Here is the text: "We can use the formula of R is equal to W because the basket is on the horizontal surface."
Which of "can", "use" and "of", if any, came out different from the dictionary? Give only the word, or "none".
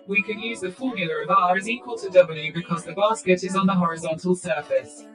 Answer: none